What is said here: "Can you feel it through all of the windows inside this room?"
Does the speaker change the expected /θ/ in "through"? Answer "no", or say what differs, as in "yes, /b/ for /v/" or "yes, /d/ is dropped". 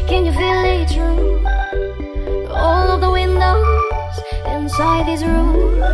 yes, /t/ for /θ/